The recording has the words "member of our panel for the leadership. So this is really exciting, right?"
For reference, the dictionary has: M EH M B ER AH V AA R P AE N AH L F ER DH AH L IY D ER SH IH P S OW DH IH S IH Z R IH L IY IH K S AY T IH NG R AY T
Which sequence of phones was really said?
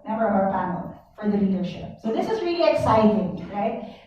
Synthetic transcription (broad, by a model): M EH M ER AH P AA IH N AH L F ER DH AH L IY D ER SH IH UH S OW DH IH S IH Z R IH L IY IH K S AY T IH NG R AY T